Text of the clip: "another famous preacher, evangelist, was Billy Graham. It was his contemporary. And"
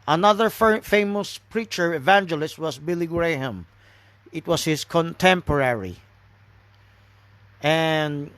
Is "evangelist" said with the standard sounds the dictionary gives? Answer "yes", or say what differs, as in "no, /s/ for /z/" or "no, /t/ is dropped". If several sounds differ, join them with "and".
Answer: yes